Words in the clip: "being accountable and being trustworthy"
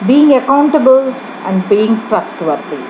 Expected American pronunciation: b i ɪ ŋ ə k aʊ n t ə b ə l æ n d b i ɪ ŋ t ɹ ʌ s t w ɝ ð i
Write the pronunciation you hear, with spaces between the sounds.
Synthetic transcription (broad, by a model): b i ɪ ŋ ə k aʊ n t ə b ə l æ n d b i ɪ ŋ t ɹ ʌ s t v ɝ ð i